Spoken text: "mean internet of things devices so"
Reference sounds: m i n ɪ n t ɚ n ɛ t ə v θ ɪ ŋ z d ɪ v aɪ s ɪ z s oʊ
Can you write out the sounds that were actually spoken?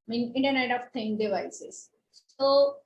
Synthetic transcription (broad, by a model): m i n ɪ n t ɚ n ɛ t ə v t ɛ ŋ d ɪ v aɪ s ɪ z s oʊ